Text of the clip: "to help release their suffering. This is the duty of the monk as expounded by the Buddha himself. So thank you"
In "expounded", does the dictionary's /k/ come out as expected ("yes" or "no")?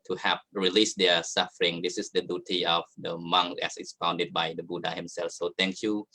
no